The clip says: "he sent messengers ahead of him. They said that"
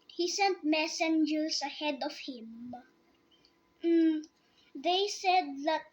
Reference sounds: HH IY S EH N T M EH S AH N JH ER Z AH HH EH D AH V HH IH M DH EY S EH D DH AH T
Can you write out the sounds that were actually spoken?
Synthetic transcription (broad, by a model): HH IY S EH N T M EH S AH N JH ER S AH HH EH D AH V HH IH M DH EY S EH D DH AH T